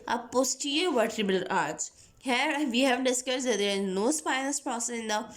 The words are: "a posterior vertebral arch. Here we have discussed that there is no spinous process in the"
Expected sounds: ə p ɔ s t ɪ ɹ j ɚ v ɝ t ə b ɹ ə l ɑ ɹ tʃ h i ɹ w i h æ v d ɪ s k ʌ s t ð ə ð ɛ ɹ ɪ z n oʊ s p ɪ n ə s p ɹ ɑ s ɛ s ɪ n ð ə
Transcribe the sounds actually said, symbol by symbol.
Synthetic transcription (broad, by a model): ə p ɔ s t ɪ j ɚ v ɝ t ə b ə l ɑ ɹ s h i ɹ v i h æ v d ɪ s k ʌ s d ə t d ɪ z n oʊ s p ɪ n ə s p ɹ ɑ s ɛ s ɪ n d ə